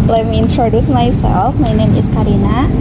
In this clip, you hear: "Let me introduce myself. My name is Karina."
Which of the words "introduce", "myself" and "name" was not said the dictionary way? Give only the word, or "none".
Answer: none